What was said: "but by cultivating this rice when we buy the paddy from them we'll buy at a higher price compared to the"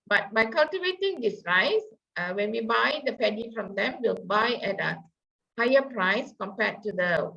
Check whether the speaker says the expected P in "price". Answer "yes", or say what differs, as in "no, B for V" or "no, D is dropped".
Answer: yes